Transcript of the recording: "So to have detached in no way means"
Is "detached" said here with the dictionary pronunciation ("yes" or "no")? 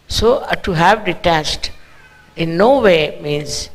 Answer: no